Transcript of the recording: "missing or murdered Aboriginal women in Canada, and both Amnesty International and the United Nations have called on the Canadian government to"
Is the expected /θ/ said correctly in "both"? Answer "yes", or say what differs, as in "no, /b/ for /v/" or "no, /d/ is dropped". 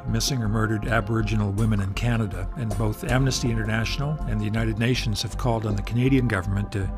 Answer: yes